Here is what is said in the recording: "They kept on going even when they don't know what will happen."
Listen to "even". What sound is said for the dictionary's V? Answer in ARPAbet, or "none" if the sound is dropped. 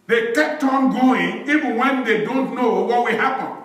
V